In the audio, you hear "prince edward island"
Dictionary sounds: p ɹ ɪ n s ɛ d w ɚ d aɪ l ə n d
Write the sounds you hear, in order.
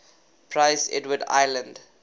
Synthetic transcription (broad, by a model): p ɹ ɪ s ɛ d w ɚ d aɪ l ə n d